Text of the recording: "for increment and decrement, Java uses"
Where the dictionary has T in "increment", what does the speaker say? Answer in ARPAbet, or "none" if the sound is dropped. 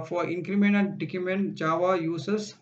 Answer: none